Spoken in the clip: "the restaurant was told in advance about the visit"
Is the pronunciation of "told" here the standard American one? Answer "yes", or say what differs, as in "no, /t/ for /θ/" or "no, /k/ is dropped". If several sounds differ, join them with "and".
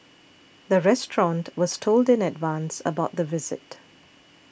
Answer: yes